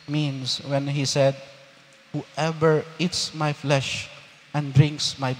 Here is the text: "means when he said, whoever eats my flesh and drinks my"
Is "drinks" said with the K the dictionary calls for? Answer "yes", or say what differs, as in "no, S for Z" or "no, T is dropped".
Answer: yes